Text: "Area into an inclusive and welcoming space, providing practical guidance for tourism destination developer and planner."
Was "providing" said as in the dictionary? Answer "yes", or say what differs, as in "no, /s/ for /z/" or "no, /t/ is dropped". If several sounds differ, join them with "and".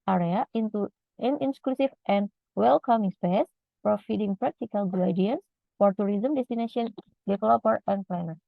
no, /f/ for /v/